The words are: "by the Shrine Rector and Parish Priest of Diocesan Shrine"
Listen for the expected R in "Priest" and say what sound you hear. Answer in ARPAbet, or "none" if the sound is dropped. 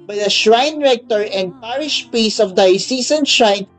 none